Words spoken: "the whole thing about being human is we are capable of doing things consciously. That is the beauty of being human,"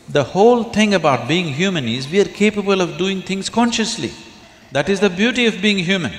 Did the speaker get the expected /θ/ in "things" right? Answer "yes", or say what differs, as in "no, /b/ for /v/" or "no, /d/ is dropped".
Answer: no, /t/ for /θ/